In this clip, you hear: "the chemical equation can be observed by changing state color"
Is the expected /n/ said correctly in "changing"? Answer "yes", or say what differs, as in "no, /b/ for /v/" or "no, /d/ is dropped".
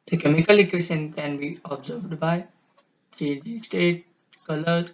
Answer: no, /n/ is dropped